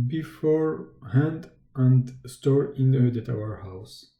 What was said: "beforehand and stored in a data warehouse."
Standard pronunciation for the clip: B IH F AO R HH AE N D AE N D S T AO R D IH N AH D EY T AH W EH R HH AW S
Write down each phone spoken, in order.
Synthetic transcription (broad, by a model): B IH F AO R HH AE N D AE N D S T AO R IH N AH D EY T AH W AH R HH AW S